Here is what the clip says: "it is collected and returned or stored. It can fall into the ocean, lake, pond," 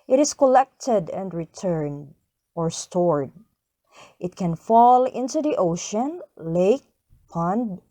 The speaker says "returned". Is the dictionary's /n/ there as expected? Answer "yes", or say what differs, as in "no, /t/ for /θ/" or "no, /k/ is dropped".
yes